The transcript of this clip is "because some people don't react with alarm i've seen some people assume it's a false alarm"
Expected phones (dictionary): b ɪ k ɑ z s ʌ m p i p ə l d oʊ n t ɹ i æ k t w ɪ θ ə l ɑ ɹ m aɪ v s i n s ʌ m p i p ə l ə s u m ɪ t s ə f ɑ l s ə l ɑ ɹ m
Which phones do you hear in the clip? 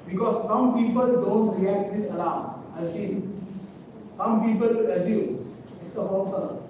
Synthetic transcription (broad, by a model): b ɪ k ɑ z s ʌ m p i p ə l d oʊ n t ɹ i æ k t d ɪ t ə l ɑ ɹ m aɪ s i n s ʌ m p i p ə l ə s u ɪ t s ə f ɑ s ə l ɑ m